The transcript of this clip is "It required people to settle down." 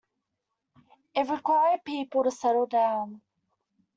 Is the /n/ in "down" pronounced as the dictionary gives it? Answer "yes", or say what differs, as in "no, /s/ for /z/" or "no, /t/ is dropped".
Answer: yes